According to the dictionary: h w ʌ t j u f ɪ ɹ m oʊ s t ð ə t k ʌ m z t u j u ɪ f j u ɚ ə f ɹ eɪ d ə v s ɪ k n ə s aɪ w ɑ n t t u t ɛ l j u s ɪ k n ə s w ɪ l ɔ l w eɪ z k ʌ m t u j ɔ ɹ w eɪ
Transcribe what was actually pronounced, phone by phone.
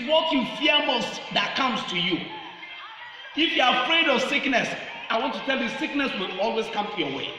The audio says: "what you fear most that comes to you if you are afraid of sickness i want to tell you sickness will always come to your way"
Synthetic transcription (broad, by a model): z w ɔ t j u f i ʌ m oʊ s t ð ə t k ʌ m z t u j u ɪ f j u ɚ ə f ɹ eɪ d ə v s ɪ k n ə s aɪ w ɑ n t t u t ɛ l j u s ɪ k n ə s w ɪ l ɔ l w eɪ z k ʌ m t u j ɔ w eɪ